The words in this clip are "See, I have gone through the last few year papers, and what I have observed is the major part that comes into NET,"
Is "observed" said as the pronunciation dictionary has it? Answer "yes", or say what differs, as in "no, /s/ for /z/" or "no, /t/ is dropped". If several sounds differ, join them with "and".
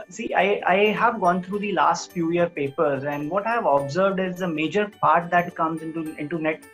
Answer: yes